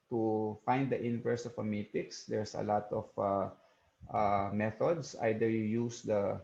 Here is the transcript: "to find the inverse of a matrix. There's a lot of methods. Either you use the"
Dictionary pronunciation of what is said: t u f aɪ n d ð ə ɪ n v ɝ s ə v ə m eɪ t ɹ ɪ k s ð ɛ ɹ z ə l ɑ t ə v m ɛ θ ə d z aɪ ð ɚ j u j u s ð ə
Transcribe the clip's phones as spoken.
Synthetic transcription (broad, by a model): t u f aɪ n d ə ɪ n v ɝ s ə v ə m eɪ t ɪ k s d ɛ ɹ s ə l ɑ t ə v m ɛ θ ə d s aɪ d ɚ j u j u s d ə